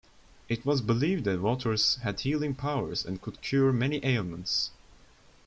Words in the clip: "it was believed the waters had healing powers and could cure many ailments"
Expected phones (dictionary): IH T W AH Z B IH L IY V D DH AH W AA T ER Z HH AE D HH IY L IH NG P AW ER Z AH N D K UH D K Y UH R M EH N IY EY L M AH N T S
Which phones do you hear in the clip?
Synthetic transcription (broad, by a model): IH T W AH Z B IH L IY V D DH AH W AA T ER Z HH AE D HH IY L IH NG P AW ER Z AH N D K UH D K Y UH R M EH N IY EY L M AH N T S